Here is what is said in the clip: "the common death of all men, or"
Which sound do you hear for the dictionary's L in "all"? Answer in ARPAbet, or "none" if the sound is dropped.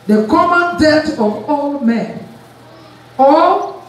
L